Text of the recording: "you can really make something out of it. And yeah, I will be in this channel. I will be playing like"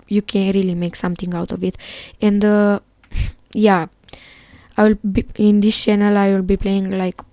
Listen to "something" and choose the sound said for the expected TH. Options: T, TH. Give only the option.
T